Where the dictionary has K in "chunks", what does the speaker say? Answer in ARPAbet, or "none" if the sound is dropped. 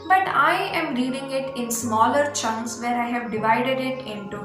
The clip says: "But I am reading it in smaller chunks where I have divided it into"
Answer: none